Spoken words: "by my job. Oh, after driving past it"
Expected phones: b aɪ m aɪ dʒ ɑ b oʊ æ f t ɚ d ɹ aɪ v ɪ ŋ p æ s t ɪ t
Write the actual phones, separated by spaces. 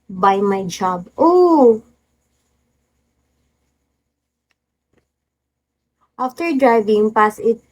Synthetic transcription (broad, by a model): b aɪ m aɪ dʒ ɑ b oʊ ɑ f t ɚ d ɹ aɪ v ɪ ŋ p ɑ s ɪ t